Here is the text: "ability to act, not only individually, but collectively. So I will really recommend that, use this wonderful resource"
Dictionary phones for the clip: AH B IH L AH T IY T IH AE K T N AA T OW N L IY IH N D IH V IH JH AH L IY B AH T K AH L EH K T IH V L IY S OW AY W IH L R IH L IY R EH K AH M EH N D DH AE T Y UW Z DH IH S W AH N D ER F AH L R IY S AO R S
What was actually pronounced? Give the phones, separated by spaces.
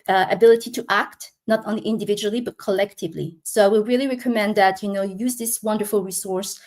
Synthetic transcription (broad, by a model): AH B IH L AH T IY T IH AE K T N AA T OW N L IY IH N D IH V IH JH AH L IY B AH T K AH L EH K T IH V L IY S OW AY W IH L R IH L IY R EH K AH M EH N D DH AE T Y UW Z DH IH S W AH N D ER F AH L R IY S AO R S